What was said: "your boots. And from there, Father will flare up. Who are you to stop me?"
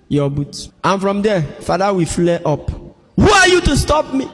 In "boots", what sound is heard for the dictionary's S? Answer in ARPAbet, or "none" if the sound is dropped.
none